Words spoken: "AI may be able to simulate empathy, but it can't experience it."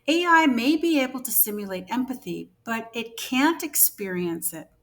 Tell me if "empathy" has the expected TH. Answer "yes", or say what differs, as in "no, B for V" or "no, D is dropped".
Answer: yes